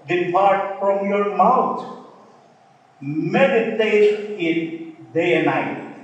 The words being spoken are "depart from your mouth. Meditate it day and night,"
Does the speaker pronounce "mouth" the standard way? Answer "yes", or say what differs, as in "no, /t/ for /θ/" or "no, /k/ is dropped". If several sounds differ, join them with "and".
no, /t/ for /θ/